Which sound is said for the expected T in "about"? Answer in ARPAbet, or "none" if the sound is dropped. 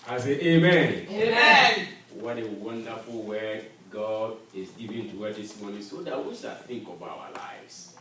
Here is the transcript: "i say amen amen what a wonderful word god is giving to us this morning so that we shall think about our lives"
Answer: none